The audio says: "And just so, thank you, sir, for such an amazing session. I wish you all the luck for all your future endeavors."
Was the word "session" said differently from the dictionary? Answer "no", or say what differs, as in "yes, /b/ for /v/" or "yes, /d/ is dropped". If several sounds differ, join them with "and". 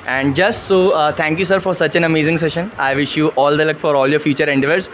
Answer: no